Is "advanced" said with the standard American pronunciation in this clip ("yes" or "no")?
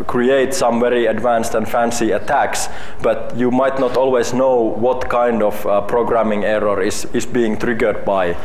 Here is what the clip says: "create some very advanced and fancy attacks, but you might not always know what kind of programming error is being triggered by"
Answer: yes